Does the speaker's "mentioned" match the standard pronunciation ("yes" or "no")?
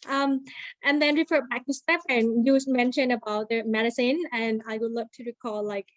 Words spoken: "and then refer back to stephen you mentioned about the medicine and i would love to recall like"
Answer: no